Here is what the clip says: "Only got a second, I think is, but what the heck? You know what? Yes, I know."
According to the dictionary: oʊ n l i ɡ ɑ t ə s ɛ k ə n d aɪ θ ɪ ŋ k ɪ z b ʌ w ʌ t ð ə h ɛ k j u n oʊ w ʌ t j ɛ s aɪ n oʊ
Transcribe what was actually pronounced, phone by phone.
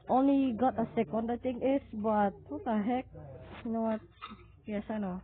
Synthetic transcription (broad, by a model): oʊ n l i ɡ ɑ t ə s ɛ k ə n d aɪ t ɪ ŋ ɪ s b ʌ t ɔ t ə h ɛ k j u n oʊ w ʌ t j ɛ s aɪ n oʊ